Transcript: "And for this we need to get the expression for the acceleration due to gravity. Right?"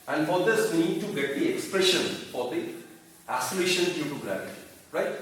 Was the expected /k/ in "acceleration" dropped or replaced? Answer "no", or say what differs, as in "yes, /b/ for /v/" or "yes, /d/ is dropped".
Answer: yes, /k/ is dropped